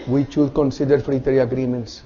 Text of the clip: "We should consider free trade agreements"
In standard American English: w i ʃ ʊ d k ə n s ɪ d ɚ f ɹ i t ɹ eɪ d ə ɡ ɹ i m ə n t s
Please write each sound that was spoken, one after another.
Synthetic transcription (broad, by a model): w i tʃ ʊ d k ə n s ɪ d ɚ f ɹ i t ɹ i ə ɡ ɹ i m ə n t s